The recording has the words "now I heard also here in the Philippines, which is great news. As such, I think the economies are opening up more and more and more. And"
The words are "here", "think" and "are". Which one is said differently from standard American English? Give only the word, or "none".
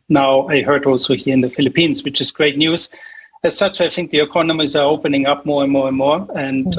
none